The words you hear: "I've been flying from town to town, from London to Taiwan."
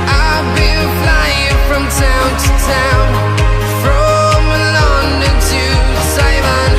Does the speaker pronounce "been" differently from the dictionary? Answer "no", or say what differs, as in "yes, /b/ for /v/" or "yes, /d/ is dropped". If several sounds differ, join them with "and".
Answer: yes, /l/ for /n/